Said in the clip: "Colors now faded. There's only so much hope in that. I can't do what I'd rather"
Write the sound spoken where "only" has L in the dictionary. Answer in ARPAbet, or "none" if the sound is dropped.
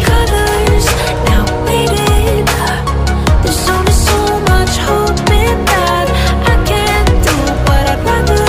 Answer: none